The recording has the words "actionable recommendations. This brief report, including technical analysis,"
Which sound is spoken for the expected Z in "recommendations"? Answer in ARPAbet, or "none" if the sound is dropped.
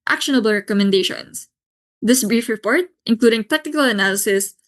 S